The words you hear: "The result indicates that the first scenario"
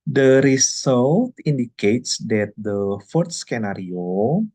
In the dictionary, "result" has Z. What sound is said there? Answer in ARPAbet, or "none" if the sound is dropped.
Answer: S